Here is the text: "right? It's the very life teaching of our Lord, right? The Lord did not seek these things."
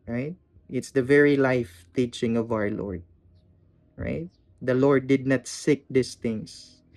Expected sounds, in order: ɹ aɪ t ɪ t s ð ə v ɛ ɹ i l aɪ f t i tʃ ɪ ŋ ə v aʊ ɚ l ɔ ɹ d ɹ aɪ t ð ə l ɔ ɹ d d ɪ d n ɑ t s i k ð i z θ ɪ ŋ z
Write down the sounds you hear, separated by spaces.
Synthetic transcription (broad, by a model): ɹ aɪ t ɪ t s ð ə v ɛ ɹ i l aɪ f t i tʃ ɪ ŋ ə v aʊ ɚ l ɔ ɹ d ɹ aɪ t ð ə l ɔ ɹ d d ɪ d n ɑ t s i k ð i s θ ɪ ŋ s